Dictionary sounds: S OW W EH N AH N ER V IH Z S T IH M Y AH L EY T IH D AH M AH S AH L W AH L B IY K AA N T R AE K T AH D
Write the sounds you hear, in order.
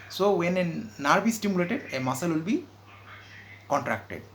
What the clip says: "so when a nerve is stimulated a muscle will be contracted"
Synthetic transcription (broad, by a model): S OW W EH N AH N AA B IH S T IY M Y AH L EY T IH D AH M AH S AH L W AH L B IY K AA N T R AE K T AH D